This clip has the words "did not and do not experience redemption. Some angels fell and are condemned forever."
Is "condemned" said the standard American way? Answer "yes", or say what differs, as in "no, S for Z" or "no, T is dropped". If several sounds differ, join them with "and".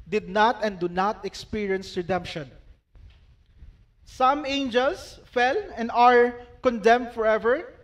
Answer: yes